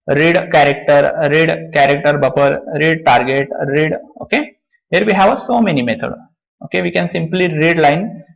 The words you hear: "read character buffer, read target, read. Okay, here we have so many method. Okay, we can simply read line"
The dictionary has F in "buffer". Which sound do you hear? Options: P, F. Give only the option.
P